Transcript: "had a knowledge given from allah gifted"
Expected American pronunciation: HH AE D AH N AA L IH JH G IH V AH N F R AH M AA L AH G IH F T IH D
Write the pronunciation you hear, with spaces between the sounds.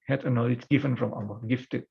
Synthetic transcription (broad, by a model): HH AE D AH N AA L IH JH G IH V AH N F R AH M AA AH G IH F T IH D